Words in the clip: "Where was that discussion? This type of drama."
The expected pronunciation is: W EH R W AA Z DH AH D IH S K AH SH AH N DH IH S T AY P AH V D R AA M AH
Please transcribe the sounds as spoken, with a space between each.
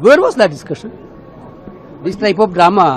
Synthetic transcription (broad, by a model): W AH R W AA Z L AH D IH S K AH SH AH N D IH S T AY P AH P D R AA M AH